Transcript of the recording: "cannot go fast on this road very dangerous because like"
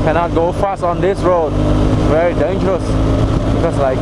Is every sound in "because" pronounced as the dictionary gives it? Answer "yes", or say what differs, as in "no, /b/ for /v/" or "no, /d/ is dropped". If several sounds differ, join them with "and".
no, /s/ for /z/